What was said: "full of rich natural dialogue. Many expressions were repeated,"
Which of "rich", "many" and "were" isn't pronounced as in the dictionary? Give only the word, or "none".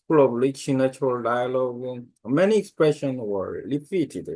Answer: rich